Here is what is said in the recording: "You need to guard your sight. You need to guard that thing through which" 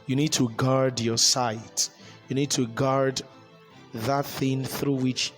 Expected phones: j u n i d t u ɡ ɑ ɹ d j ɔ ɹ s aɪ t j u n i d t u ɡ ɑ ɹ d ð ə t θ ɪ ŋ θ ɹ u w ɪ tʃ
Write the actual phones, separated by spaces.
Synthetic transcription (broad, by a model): j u n i d t u ɡ ɑ ɹ d j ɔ s aɪ t j u n i d t u ɡ ɑ ɹ d ð ə t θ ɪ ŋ θ ɹ u w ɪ tʃ